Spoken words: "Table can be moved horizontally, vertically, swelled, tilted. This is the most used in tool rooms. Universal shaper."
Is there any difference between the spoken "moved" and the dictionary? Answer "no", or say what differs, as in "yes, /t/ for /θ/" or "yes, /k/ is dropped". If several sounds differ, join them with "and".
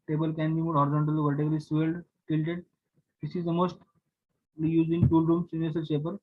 yes, /v/ is dropped